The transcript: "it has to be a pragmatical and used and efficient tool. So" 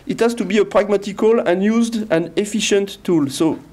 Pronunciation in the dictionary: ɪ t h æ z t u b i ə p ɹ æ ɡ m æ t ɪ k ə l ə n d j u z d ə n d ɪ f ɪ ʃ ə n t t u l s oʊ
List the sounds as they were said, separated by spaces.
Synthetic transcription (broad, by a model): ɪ t h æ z t u b i ə p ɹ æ ɡ m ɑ t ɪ k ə l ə n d j u z d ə n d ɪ f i ʃ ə n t t u l s oʊ